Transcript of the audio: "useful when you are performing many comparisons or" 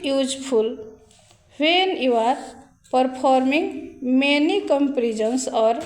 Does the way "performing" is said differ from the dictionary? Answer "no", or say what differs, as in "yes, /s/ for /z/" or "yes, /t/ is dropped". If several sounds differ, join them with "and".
yes, /p/ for /f/